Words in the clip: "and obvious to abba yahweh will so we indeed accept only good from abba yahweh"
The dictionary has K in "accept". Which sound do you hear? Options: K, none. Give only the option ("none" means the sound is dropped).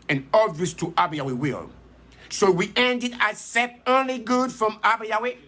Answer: none